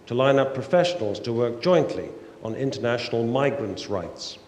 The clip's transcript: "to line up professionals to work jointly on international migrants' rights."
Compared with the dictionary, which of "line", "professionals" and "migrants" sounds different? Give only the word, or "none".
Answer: none